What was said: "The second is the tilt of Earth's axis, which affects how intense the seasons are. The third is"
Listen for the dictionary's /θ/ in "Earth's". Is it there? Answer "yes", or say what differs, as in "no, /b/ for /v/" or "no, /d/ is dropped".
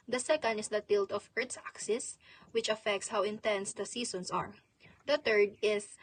no, /t/ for /θ/